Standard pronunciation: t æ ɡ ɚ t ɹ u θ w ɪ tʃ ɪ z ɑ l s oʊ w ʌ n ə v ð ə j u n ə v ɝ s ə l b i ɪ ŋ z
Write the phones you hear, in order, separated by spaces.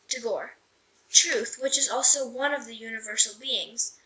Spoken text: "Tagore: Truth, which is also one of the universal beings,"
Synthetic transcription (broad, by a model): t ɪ ɡ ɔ t ɹ u θ w ɪ tʃ ɪ z ɑ l s oʊ w ʌ n ə v ð ə j u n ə v ɝ s l b i ɪ ŋ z